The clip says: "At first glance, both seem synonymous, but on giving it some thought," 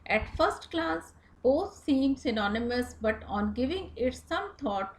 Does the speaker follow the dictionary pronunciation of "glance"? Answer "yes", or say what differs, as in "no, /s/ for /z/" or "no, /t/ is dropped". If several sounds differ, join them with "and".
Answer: no, /n/ is dropped